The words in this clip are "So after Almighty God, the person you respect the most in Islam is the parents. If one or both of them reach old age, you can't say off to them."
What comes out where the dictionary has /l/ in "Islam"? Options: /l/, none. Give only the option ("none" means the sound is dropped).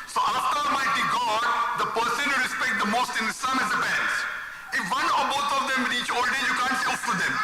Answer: none